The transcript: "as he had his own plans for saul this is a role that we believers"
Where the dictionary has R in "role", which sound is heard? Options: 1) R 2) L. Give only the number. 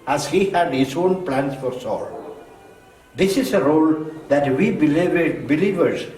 1